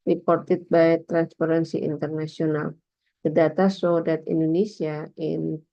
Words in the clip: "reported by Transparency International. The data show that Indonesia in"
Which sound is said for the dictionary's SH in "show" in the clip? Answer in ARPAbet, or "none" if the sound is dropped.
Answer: S